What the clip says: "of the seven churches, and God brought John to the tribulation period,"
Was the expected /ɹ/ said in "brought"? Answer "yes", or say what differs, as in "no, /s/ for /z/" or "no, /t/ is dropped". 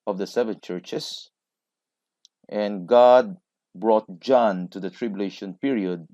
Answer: yes